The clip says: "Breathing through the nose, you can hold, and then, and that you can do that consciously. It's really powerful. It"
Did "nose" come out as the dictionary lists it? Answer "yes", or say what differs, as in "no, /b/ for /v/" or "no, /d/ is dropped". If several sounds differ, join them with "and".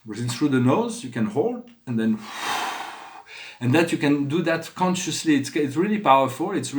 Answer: yes